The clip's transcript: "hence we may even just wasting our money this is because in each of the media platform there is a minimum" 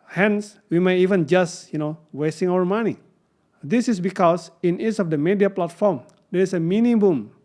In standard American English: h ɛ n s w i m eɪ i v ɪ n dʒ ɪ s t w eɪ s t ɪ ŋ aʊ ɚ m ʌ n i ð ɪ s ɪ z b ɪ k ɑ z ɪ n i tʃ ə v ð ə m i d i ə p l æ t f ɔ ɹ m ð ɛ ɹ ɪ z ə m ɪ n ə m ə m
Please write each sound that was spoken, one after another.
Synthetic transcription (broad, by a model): h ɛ n s w i m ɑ i v ɪ n dʒ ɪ s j w eɪ s t ɪ ŋ aʊ ɚ m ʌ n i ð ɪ s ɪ s b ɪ k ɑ s ɪ n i s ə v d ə m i d i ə p l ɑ t f ɔ ɹ m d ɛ ɹ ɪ s ə m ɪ n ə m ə m